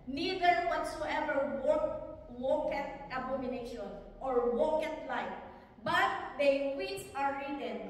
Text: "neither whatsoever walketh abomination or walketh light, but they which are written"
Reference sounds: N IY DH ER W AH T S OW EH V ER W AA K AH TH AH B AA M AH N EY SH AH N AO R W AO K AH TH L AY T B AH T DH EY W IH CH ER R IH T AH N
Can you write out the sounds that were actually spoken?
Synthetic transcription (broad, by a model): N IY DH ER W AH T S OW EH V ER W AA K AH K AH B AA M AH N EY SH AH N AO R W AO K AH T L AY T B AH T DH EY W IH S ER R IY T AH N